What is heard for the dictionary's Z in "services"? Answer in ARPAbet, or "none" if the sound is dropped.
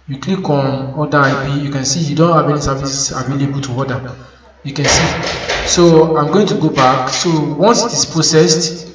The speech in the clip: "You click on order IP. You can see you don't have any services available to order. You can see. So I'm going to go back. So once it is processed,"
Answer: S